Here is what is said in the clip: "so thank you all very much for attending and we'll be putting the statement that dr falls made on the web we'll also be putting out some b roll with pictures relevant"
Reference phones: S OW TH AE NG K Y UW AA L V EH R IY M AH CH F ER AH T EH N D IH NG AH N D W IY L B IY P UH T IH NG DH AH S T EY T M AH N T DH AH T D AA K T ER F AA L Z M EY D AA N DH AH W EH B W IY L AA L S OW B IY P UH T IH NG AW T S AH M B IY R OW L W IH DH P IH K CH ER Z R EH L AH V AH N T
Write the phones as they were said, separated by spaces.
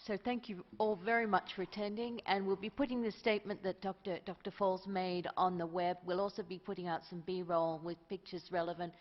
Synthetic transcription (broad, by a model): S OW TH AE NG K Y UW AA L V EH R IY M AH CH F ER AH T EH N D IH NG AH N W IY L B IY P UH T IH NG DH AH S T EY T M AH N T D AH T D AA K T ER F AA L Z M EY D N DH AH W EH B W IY L AA L S OW B IY P UH T IH NG AW T S AH M B IY R OW L W IH DH P IH K CH ER Z R EH L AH V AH N T